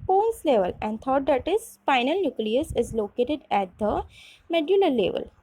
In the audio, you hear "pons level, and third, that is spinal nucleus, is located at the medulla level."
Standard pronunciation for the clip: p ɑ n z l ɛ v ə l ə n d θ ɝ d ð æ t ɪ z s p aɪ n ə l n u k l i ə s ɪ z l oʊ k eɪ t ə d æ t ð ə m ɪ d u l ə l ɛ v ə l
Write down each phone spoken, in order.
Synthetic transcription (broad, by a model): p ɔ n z l ɛ v ə l ə n d t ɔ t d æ t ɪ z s f aɪ n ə l n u k l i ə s ɪ z l oʊ k eɪ t ə d æ t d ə m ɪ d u l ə l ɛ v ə l